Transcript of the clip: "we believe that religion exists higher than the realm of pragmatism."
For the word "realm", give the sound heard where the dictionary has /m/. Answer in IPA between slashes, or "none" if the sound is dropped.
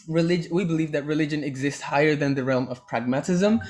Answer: /m/